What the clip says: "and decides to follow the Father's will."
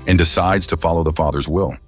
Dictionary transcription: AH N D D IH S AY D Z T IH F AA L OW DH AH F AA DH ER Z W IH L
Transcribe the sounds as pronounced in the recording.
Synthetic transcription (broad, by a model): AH N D D IH S AY D Z T IH F AA L OW DH AH F AA DH ER Z W IH L